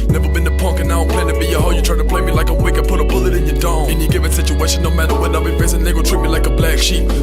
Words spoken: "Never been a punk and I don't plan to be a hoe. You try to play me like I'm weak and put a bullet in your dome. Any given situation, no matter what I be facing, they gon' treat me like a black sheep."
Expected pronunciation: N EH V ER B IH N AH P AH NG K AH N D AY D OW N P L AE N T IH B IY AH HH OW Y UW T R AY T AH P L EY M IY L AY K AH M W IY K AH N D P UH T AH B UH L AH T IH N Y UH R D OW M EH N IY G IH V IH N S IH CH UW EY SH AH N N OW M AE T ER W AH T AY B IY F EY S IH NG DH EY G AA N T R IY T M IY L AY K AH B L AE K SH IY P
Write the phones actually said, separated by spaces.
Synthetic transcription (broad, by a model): N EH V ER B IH N AH P AH NG K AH N AY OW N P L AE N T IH B IY AH HH OW Y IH T R AY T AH P L EY M IY L AY K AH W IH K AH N P UH T AH B UH L AH T IH N Y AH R D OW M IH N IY G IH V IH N S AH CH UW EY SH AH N N OW M AE T ER W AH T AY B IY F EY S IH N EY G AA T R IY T M IY L AY K AH B L AE K SH IY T